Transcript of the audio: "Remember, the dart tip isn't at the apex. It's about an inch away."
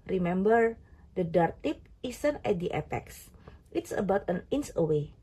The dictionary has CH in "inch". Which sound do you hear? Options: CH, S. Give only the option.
S